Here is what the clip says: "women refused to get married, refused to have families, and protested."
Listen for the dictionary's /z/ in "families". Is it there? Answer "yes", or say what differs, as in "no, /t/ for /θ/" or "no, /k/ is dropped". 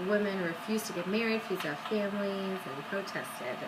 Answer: no, /z/ is dropped